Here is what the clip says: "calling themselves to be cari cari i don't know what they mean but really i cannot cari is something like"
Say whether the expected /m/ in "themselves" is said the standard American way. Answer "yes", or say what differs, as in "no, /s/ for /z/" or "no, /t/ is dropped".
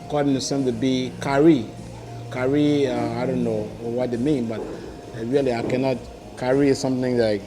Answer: no, /m/ is dropped